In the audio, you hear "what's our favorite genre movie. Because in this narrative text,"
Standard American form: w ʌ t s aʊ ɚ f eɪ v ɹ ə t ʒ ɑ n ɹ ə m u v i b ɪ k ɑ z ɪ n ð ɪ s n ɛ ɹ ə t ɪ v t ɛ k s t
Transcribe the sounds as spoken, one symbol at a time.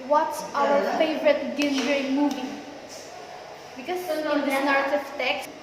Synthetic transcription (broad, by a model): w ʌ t s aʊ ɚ f eɪ v ɹ ə t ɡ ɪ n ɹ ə m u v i b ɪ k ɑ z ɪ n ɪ n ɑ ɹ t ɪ f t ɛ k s